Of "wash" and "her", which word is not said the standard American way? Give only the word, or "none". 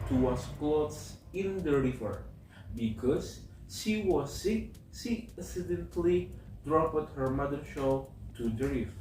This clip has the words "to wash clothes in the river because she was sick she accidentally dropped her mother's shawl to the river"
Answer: wash